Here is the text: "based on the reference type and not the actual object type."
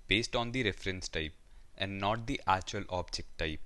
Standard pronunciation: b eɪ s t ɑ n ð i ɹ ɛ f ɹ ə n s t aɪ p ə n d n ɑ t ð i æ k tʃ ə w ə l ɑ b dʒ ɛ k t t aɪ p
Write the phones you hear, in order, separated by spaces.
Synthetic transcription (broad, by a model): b eɪ s t ɑ n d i ɹ ɛ f ɹ ə n s t aɪ p ə n d n ɑ t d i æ tʃ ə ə l ɑ b dʒ ɛ k t t aɪ p